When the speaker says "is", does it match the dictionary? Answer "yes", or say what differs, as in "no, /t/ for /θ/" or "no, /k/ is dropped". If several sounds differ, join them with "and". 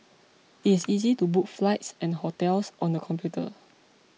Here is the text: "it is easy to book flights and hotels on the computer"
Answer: no, /s/ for /z/